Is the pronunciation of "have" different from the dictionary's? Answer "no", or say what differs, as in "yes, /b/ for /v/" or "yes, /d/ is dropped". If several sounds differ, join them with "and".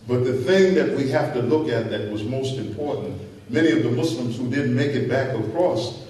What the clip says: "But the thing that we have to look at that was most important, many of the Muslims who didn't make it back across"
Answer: yes, /f/ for /v/